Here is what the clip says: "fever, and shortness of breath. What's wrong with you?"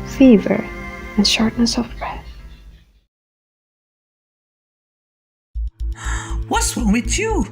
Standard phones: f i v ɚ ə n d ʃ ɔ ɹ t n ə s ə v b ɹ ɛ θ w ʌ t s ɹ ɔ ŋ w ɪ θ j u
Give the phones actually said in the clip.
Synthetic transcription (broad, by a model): f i v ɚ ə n ʃ ɔ ɹ t n ə s ə v b ɹ ɛ θ w ʌ t s w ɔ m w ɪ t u